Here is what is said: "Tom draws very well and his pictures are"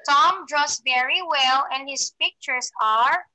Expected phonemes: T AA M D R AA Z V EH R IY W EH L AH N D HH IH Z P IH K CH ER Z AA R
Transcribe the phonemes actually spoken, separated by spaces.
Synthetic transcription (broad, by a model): T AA M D R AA S V EH R IY W EH L AH N D HH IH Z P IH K CH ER S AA R